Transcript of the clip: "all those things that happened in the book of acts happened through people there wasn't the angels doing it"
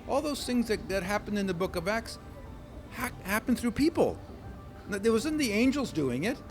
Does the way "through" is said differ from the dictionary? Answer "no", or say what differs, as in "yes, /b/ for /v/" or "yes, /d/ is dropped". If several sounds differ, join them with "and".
no